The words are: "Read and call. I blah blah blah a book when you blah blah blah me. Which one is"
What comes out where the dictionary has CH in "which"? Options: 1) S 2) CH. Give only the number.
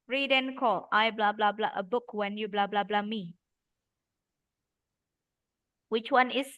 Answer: 2